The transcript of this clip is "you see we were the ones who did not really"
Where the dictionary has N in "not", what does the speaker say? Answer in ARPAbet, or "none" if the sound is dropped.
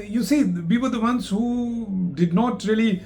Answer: N